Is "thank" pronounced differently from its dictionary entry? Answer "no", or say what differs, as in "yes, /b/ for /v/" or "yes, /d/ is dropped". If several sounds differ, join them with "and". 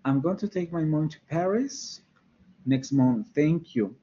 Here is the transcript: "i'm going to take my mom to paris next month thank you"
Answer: no